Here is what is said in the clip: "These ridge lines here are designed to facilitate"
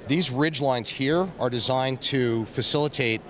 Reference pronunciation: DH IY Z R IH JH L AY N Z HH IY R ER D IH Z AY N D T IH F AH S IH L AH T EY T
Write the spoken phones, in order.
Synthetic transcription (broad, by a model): DH IY Z R IH JH L AY N Z HH IY R ER D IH Z AY N T IH F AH S IH L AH T EY T